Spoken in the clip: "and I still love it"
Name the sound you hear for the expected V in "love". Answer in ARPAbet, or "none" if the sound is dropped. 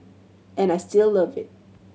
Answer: V